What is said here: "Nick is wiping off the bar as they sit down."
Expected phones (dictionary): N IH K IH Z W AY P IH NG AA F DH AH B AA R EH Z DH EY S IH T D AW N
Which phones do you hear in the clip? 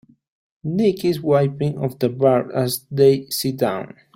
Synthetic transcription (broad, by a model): N IH K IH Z W AY P IH NG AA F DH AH B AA R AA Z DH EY S IH T D AW N